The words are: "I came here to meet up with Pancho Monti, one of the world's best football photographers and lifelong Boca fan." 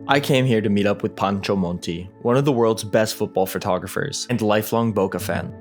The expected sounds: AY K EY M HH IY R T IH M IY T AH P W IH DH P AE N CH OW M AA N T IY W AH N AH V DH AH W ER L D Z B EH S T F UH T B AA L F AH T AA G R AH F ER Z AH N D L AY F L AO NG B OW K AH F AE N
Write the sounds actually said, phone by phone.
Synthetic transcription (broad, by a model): AY K EY M HH IY R T IH M IY T AH P W IH DH P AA N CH OW M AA N T IY W AH N AH V DH AH W ER L D Z B EH S T F UH T B AA L F AH T AA G R AH F ER Z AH N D L AY F L AO NG B OW K AH F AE N